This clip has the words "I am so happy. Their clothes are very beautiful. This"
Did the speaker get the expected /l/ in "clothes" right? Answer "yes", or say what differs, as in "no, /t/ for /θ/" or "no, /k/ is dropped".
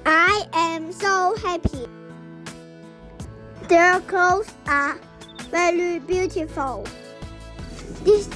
no, /l/ is dropped